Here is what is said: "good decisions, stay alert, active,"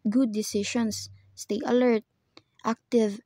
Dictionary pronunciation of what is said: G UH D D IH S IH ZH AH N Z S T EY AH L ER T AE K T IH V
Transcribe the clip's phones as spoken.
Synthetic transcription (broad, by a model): G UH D D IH S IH SH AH N S T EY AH L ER T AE K T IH V